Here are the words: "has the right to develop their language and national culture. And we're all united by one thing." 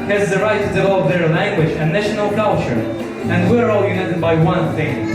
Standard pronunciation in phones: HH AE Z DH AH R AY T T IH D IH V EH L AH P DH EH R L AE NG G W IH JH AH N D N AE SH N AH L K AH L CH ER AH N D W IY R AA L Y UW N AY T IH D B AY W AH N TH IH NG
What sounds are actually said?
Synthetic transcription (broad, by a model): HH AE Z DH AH R AY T T IH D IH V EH L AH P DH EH R L AE NG G W IH JH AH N N AE SH N AH L K AH L CH ER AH N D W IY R AA L Y UW N AY T IH D B AY W AH N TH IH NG